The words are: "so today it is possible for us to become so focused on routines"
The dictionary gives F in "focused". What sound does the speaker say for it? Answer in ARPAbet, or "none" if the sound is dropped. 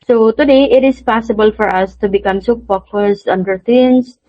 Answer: P